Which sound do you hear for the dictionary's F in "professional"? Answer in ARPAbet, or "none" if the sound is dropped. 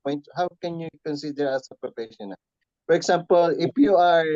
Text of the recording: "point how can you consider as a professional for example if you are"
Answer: P